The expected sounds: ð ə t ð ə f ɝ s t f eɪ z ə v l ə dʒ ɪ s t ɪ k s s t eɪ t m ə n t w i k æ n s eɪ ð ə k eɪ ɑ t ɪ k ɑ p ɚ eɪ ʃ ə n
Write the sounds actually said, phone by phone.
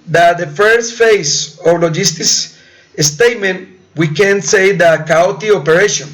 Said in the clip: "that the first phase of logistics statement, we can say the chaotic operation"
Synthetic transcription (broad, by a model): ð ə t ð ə f ɝ s t f eɪ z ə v l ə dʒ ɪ s t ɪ s s t eɪ t m ə n t w i k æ n s eɪ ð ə k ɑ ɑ t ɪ ɑ p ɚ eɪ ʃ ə n